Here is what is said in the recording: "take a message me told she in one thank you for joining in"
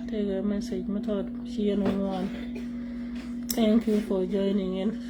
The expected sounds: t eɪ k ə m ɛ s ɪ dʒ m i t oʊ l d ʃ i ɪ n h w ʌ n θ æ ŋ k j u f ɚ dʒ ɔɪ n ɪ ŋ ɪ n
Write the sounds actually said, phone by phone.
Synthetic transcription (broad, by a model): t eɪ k ə m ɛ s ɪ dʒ m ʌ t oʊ d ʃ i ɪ n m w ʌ n t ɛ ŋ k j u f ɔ dʒ ɔɪ n ɪ ŋ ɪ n